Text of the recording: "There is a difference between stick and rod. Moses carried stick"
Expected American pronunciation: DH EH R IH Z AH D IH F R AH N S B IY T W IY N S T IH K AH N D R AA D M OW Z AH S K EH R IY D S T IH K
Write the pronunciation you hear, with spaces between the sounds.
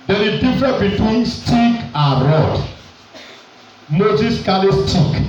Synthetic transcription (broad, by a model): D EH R AH D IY F R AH N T B IY T W IY N S T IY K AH N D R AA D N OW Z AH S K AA L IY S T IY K